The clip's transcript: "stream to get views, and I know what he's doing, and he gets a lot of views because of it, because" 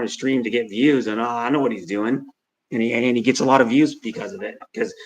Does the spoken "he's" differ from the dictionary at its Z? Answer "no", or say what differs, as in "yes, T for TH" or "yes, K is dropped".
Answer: no